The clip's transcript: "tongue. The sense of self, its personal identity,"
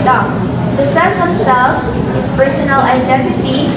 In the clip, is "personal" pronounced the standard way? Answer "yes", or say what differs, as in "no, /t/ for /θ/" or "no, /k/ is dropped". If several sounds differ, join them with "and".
yes